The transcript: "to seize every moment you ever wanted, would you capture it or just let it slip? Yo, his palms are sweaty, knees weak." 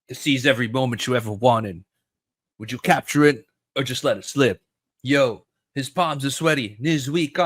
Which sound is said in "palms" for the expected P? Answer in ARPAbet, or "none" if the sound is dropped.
P